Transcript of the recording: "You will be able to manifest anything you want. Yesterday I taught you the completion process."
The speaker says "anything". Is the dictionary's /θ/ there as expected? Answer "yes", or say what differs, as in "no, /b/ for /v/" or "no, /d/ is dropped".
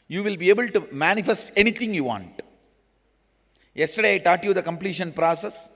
no, /t/ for /θ/